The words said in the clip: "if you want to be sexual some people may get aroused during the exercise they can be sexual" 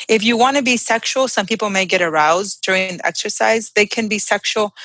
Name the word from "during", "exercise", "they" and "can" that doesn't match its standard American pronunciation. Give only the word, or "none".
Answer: none